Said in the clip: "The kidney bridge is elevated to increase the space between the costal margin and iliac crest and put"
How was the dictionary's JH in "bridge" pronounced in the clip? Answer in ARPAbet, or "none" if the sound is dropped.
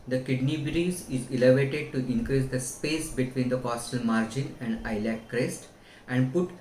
Z